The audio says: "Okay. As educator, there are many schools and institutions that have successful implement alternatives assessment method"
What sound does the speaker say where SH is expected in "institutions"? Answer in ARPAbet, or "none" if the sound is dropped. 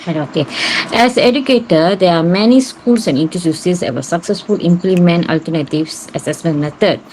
S